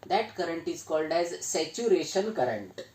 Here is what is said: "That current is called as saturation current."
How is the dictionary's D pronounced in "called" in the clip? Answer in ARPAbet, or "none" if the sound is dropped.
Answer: D